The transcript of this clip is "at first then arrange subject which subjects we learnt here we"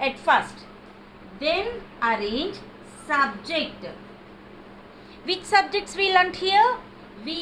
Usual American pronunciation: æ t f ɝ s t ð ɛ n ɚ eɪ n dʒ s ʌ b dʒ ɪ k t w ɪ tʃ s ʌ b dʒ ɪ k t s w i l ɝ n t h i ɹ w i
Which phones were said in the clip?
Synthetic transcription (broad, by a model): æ t f ɝ s t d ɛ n ɚ eɪ n dʒ s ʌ b dʒ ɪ k t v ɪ tʃ s ʌ b dʒ ɪ k t s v i l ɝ n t h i ɹ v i